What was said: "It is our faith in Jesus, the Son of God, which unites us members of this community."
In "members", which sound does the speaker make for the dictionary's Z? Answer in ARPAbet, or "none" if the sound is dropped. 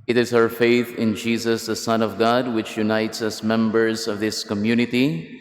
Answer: Z